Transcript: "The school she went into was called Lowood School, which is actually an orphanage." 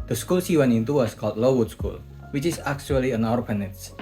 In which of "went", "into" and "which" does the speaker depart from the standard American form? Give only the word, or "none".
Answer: went